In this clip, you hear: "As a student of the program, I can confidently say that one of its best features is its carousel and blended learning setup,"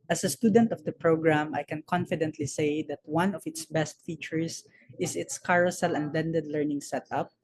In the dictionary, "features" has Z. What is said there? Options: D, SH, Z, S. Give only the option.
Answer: S